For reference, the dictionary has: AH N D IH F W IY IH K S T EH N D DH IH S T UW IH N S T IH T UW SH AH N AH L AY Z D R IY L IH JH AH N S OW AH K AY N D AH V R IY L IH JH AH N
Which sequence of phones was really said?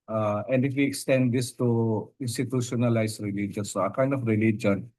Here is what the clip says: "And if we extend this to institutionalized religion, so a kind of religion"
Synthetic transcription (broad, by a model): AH N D IH F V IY IH K S T EH N D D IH S T UW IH N S T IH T UW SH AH N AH L AY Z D R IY L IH JH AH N S OW AH K AY N D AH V R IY L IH JH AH N